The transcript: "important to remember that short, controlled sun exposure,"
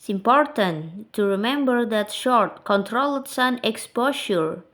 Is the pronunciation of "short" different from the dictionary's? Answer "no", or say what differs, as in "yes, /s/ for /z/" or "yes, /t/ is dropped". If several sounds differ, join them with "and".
no